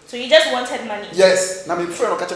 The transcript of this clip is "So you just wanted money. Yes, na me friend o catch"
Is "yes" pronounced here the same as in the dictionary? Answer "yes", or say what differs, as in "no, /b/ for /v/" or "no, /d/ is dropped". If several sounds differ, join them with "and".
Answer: yes